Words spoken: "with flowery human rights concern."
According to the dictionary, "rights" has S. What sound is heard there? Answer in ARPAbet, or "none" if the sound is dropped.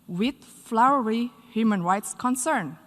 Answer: S